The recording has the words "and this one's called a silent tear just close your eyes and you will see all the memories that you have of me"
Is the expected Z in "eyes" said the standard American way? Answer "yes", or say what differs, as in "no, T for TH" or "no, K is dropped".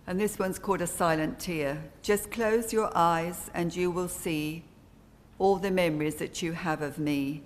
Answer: yes